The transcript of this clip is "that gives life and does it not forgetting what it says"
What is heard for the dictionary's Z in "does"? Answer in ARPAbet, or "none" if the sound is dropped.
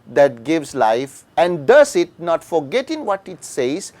S